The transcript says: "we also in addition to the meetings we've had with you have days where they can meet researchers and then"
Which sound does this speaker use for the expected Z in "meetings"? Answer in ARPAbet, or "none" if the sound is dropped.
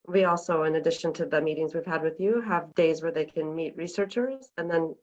Z